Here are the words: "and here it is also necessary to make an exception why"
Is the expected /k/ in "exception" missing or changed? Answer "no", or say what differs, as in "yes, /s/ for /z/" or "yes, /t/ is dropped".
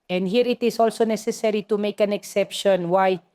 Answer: no